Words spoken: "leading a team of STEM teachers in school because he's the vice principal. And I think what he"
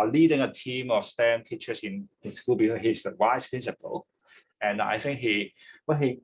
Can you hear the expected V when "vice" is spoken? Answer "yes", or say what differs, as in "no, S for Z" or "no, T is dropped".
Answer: no, W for V